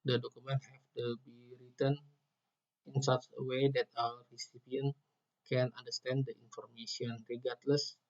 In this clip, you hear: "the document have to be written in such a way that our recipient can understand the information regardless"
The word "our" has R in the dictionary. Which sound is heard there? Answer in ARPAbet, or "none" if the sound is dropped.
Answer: L